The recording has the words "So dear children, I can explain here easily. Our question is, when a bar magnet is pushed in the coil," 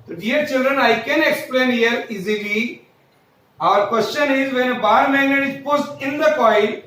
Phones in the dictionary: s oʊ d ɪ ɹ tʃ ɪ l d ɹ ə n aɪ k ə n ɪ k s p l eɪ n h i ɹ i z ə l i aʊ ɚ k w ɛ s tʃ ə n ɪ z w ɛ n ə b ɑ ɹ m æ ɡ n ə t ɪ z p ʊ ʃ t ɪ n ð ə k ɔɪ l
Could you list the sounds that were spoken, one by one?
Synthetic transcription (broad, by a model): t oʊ d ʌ ɹ tʃ ɪ l d ɹ ə n aɪ k ə n ɪ k s p l eɪ n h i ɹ i z ə l i aʊ ɚ k w ɛ s tʃ ə n ɪ z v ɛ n ə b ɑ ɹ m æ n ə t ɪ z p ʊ s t ɪ n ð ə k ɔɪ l